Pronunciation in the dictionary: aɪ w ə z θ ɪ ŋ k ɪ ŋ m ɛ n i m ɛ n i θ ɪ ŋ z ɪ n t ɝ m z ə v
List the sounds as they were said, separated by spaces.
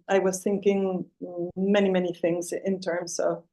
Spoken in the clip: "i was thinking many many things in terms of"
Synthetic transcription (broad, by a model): aɪ w ə z θ ɪ ŋ k ɪ ŋ m ɛ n i m ɛ n i θ ɪ ŋ z ɪ n t ɝ m z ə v